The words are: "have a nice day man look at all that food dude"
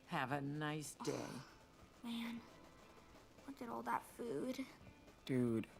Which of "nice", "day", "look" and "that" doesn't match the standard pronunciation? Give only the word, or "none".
look